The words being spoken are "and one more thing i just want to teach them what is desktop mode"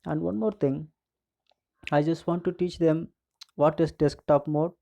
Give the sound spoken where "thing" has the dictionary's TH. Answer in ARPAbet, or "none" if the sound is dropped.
T